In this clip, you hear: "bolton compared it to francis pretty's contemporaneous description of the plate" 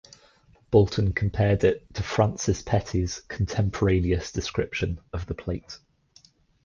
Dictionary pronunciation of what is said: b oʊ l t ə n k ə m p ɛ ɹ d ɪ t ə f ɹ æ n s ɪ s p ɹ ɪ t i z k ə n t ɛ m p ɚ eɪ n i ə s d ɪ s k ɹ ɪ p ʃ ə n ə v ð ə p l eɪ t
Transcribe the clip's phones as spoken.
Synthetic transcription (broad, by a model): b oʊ l t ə n k ə m p ɛ d ɪ t ə f ɹ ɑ n s ɪ s p ɛ t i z k ə n t ɛ m p ɚ eɪ n i ə s d ɪ s k ɹ ɪ p ʃ ə n ə v ð ə p l eɪ t